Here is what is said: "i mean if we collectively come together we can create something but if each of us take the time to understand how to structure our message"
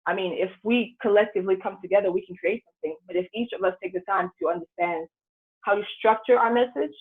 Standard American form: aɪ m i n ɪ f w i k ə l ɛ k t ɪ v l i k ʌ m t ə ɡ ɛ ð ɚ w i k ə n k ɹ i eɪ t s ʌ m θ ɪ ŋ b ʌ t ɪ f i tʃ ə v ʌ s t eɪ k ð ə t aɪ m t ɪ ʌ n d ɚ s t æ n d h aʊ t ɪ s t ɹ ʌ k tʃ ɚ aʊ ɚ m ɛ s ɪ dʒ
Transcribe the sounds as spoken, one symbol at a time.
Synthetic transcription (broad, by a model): aɪ m i n ɪ f w i k ə l ɛ k t ɪ v l i k ʌ m t ə ɡ ɛ ð ɚ w i k n k ɹ i eɪ t s ʌ m θ ɪ ŋ b ʌ t ɪ f i tʃ ə v ʌ s t eɪ k ð ə t aɪ m t ɪ ʌ n d ɚ s t æ n d h aʊ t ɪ s t ɹ ʌ k tʃ ɚ aʊ ɚ m ɛ s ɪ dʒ